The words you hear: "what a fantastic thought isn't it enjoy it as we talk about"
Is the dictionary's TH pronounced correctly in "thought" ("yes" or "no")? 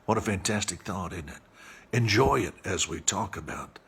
yes